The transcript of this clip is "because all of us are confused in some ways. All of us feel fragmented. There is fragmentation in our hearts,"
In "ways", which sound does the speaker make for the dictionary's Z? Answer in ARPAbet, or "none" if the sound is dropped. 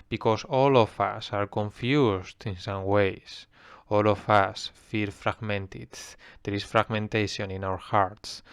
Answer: S